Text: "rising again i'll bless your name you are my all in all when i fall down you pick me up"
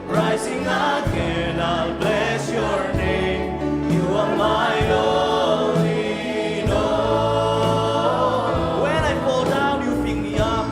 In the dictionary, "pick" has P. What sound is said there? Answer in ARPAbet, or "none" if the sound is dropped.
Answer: F